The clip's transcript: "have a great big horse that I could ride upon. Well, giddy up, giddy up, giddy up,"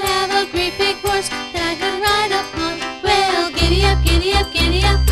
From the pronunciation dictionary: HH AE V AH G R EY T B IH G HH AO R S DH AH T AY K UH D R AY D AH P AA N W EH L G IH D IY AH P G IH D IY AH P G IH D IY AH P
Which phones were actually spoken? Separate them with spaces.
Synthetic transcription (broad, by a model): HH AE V AH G R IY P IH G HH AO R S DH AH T AY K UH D R AY D AH P AA N W EH L G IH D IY AH P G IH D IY AH P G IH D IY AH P